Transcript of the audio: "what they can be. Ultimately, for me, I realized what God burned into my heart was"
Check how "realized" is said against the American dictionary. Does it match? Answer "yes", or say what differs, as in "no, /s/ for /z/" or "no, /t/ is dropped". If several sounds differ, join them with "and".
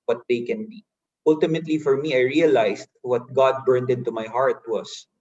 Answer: no, /s/ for /z/